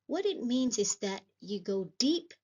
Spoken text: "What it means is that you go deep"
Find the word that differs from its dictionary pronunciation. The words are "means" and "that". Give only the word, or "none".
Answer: none